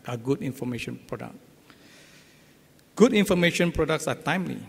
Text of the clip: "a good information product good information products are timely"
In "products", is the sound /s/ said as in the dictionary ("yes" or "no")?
yes